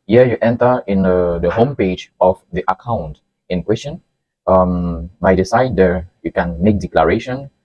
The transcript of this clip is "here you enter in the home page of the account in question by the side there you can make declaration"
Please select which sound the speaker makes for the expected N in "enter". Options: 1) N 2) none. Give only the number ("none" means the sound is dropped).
1